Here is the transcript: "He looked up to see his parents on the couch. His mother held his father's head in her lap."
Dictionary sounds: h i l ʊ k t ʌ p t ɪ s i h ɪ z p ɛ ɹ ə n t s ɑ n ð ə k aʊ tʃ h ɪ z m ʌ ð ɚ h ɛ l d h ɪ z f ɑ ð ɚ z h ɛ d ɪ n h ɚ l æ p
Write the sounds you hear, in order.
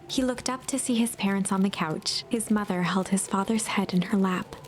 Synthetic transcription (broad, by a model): h i l ʊ k t ʌ p t ɪ s i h ɪ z p ɛ ɹ ə n t s n ð ə k aʊ tʃ h ɪ z m ʌ ð ɚ h ɛ l d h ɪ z f ɑ ð ɚ z h ɛ d ɪ n ɚ l æ p